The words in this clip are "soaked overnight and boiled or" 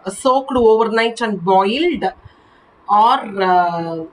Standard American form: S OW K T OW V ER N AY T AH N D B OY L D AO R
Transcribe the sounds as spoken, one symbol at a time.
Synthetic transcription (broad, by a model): S OW K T OW V ER N AY T AH N D B OY L D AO R